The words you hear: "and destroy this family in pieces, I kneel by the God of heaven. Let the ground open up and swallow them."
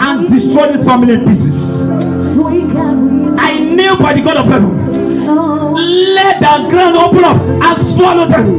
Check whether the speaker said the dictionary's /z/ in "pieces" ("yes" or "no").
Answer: no